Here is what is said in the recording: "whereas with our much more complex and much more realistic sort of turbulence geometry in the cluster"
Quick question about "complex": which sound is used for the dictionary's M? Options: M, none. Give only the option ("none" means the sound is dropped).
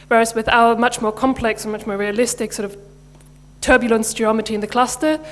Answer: M